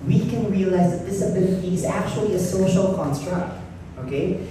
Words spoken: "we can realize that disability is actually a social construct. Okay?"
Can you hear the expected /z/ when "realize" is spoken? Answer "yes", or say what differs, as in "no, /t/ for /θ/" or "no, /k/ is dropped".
yes